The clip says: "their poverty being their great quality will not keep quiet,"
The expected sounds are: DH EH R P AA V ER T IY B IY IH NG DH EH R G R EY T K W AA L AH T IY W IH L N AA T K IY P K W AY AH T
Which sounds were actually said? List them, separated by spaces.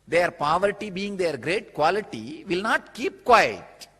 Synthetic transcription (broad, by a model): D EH R P AA V ER T IY B IY IH NG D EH R G R EY T K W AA L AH T IY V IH L N AA T K IY P K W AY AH T